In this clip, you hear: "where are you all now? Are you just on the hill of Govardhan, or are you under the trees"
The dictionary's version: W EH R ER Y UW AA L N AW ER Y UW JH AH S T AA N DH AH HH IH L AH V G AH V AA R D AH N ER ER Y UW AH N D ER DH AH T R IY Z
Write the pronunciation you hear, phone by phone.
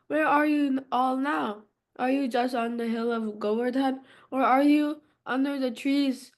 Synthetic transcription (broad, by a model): W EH R ER Y UW AA L N AW ER Y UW JH AH S T N DH AH HH IH L AH V G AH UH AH R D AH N ER ER Y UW AH N D ER DH AH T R IY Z